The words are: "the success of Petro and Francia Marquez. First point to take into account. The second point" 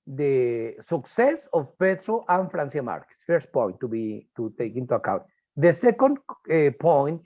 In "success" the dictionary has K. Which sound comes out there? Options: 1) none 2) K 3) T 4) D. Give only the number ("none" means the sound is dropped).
2